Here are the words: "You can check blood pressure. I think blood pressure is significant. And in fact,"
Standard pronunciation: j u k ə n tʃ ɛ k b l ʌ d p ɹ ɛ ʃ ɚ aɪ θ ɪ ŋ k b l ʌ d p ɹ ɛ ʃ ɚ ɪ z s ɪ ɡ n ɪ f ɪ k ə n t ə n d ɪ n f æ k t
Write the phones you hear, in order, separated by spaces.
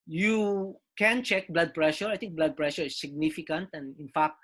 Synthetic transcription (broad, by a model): j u k ə n tʃ ɛ k b l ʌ d p ɹ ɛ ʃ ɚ aɪ t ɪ ŋ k b l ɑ d p ɹ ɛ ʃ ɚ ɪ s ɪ ɡ n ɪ f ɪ k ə n t ə n d ɪ n f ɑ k t